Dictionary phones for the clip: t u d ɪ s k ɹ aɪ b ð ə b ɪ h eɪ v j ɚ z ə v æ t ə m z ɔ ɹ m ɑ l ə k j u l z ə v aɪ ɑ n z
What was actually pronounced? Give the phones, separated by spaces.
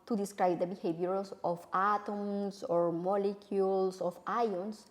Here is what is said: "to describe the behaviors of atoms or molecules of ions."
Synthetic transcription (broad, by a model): t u d ɪ s k ɹ aɪ b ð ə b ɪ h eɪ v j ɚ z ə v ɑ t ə m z ɔ ɹ m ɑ l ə k j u l s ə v aɪ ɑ n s